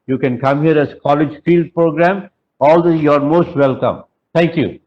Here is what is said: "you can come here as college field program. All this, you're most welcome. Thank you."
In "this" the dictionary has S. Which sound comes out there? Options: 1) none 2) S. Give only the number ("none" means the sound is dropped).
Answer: 1